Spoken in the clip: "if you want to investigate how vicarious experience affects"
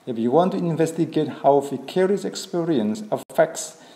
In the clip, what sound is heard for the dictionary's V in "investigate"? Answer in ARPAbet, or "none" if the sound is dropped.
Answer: V